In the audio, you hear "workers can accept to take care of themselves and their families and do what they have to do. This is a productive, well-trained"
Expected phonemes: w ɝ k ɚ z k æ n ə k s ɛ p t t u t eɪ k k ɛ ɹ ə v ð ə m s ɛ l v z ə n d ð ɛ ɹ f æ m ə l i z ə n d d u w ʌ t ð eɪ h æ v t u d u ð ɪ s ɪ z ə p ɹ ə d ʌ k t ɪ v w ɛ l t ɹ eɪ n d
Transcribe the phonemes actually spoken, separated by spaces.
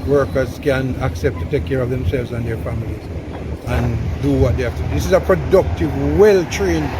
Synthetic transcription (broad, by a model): w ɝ k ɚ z k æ n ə k s ɛ p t t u t eɪ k k ɛ ɹ ə v ð ə m s ɛ l v z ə n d ð ɛ ɹ f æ m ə l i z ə n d d u w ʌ t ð eɪ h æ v t u d u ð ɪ s ɪ z ə p ɹ ə d ʌ k t ɪ v w ɛ l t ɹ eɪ n